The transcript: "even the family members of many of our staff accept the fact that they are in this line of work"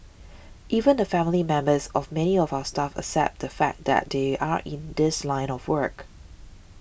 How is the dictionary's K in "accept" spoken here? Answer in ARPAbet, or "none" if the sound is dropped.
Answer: none